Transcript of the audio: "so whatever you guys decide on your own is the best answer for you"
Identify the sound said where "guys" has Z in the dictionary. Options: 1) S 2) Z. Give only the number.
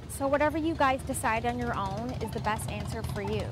2